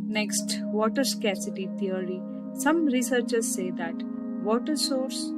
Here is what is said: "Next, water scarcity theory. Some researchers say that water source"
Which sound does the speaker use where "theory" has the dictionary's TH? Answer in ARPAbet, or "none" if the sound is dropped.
T